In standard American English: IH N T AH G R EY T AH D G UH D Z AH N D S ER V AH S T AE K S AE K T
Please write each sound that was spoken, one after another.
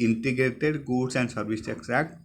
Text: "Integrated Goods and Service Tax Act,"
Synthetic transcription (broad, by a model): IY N T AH G R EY T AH D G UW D S AH N D S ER B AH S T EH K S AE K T